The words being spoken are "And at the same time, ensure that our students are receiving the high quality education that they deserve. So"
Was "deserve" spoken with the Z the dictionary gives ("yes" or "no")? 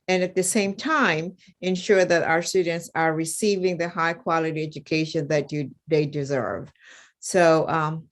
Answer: yes